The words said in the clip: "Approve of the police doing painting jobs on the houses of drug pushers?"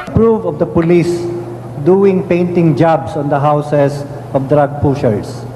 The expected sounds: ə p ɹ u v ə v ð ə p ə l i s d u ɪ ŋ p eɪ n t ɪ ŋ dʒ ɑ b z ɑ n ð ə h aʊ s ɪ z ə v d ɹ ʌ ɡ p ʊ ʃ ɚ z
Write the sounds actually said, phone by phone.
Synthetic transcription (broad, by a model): p ɹ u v ə v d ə p ə l i s d u ɪ ŋ p eɪ n t ɪ ŋ dʒ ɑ b s ɑ n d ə h aʊ s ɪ s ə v d ɹ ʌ ɡ p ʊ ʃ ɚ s